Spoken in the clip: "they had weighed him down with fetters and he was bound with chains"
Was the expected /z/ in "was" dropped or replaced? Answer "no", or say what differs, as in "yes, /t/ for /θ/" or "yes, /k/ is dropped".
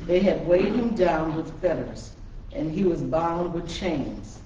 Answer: no